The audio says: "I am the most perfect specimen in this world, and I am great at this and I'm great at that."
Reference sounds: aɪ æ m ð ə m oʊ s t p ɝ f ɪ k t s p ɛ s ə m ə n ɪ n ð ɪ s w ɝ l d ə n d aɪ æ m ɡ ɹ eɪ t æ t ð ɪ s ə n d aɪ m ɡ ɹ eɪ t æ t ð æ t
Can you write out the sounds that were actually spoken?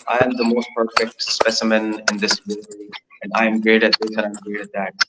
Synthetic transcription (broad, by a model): aɪ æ m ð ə m oʊ s t p ɝ f ɪ k t s p ɛ s ə m ə n ɪ n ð ɪ s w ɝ d ə n d aɪ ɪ m ɡ ɹ eɪ t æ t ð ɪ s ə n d aɪ m ɡ ɹ eɪ t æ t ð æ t